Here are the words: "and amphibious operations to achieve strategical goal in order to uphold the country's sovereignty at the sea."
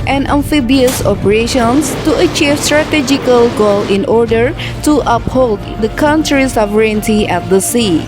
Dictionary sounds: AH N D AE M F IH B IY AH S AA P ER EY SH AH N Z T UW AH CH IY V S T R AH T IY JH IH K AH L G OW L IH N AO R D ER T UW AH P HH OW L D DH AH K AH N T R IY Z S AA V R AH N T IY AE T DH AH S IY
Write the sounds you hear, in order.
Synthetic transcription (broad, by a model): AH N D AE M F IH B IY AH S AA P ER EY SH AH N S T UW AH CH IY V S T R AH T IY JH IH K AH L G OW L IH N AO R D ER T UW AH P HH OW L D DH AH K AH N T R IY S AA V R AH N T IY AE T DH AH S IY